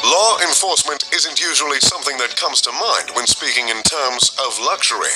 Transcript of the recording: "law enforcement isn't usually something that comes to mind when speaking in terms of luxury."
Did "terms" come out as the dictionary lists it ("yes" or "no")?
yes